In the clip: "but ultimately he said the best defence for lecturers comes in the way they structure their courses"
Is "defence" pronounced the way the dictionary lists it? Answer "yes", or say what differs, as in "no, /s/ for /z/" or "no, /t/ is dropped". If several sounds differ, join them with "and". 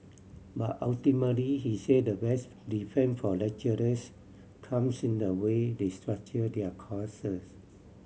no, /s/ is dropped